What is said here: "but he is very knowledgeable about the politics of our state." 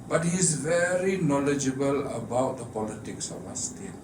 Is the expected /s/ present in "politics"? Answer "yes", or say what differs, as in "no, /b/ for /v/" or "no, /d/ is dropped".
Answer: yes